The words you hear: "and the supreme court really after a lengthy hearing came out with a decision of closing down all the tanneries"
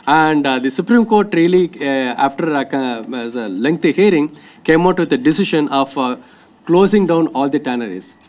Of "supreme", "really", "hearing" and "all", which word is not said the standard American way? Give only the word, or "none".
none